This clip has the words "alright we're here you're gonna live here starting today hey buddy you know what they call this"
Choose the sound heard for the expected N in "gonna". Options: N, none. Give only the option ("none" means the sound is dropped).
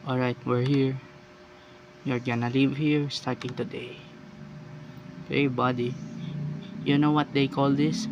N